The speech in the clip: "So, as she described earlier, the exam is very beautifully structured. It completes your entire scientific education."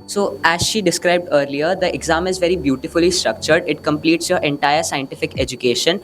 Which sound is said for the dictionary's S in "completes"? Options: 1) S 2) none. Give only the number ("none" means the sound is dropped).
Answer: 1